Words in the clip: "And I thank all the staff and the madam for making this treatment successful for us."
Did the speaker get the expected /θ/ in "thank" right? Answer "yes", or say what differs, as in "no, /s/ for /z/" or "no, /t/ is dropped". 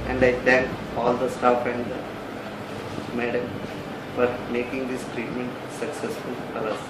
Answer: no, /t/ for /θ/